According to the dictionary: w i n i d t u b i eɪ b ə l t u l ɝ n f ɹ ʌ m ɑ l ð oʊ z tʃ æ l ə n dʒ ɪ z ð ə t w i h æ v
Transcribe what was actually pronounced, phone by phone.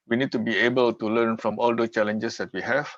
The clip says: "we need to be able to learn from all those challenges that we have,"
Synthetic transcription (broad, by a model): w i n i d t u b i eɪ b ə l t u l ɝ n f ɹ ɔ m ɑ l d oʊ tʃ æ l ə n dʒ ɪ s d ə t w i h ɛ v